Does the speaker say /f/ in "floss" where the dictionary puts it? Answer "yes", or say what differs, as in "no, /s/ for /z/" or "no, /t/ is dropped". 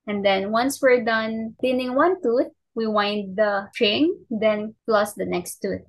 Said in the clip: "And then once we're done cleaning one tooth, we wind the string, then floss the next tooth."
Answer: no, /p/ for /f/